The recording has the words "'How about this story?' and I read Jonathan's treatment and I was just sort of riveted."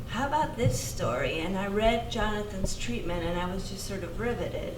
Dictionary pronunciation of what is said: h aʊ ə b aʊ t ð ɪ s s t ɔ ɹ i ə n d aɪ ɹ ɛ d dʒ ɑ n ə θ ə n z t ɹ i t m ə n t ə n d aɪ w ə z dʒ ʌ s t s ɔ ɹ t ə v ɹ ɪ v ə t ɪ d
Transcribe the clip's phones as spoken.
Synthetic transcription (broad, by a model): h aʊ ə b aʊ t ð ɪ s s t ɔ ɹ i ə n aɪ ɹ ɛ d dʒ ɑ n ə θ ə n z t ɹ i t m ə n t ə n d aɪ w ə z dʒ ʌ s t s ɔ ɹ t ə v ɹ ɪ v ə t ɪ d